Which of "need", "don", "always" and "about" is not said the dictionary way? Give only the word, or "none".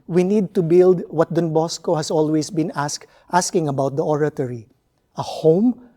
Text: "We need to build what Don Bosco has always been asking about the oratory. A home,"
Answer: always